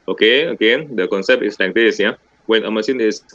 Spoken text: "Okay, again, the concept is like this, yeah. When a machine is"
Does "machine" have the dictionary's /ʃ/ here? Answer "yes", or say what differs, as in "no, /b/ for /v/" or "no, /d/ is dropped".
no, /s/ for /ʃ/